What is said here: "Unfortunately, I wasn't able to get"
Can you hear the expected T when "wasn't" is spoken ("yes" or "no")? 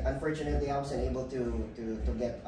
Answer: no